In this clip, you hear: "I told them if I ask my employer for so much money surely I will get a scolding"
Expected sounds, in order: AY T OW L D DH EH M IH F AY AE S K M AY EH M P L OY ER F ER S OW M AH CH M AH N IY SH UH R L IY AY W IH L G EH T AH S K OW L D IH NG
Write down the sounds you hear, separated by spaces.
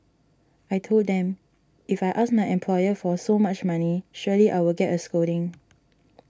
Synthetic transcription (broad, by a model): AY T OW L D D EH M IH F AY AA S M AY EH M P L OY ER F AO S OW M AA CH M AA N IY SH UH L IY AY W IH L G EH T AH S K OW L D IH NG